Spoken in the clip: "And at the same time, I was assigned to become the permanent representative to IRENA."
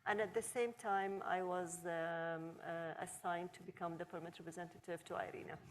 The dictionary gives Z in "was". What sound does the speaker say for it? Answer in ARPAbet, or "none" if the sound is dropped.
Z